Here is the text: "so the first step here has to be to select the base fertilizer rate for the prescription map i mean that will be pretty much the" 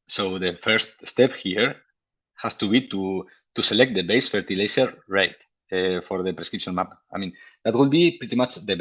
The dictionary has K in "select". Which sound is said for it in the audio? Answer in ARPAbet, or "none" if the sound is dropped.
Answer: K